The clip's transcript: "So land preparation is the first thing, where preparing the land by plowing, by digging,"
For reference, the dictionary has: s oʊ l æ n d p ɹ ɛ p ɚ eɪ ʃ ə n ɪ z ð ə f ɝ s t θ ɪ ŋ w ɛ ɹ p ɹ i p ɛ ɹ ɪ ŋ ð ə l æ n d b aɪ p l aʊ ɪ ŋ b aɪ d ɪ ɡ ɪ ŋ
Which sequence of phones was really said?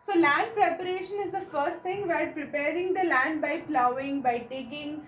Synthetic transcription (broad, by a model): s oʊ l æ n d p ɹ ɛ p ɚ eɪ ʃ ə n ɪ z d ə f ɝ s t t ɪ ŋ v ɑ l p ɹ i p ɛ ɹ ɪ ŋ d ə l æ n d b aɪ p l aʊ ɪ ŋ b aɪ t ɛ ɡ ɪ ŋ